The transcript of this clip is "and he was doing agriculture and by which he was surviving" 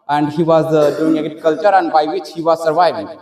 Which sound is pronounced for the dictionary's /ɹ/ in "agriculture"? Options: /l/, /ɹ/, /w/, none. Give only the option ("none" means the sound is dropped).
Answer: none